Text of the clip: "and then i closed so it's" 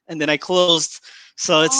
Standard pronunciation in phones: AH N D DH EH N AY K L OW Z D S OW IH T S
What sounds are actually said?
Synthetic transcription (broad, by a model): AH N DH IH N AY K L OW Z D S OW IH T S